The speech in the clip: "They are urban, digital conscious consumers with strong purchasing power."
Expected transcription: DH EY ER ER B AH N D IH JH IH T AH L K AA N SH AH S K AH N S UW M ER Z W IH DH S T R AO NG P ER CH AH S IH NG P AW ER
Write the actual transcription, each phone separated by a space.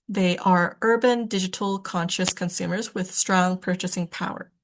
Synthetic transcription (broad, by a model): DH EY ER ER B AH N D IH JH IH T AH L K AA N SH AH S K AH N S UW M ER Z W IH DH S T R AO NG P ER CH AH S IH NG P AW ER